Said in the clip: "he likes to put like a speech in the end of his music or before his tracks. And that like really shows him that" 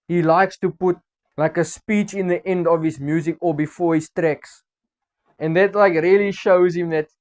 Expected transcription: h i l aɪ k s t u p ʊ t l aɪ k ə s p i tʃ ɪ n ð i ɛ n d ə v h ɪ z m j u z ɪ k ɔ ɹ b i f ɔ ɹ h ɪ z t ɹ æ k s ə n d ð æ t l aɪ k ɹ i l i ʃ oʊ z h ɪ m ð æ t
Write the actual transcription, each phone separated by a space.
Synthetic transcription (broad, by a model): h i l aɪ k s t u p ʊ t l aɪ k ə s p i tʃ ɪ n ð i ɛ n d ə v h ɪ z m j u z ɪ k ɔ l b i f ɔ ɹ h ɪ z t ɹ æ k s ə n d ð æ t l aɪ k ɹ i l i ʃ oʊ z h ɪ m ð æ t